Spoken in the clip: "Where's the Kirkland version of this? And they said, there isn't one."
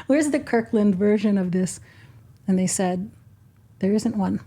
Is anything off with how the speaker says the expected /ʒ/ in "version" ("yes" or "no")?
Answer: no